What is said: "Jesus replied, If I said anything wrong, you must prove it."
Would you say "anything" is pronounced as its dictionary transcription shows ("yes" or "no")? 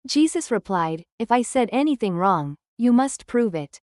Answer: yes